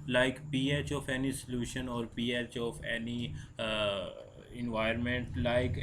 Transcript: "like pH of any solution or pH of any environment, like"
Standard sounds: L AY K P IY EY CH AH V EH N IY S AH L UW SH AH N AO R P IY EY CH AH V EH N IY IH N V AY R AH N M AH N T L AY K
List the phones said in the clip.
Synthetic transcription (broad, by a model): L AY K P IY EY CH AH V EH N IY S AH L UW SH AH N AO R P IY EY CH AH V EH N IY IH N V AY AH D M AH N T L AY K